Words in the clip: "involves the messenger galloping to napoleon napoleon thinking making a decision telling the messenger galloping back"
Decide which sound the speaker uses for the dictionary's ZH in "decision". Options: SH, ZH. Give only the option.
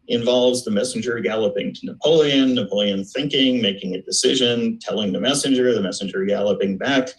ZH